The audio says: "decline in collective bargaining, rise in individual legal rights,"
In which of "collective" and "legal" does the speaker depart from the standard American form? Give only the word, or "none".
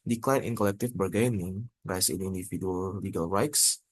collective